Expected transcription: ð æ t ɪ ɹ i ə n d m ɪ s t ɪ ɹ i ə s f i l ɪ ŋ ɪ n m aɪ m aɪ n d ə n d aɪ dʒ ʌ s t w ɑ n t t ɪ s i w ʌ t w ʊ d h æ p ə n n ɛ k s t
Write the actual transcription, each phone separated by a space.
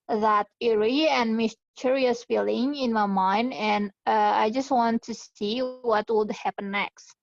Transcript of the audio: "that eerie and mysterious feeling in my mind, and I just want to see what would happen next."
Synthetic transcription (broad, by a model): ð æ t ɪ ɹ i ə n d m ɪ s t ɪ ɹ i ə s f i l ɪ ŋ ɪ n m aɪ m aɪ n d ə n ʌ aɪ dʒ ʌ s t w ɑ n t t ɪ s i w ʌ t w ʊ d h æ p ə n n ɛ k s t